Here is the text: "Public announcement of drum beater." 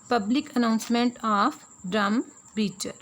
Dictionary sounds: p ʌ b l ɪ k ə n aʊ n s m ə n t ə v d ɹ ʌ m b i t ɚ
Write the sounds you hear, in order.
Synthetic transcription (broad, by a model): p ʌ b l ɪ k ə n aʊ n s m ə n t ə p d ɹ ʌ m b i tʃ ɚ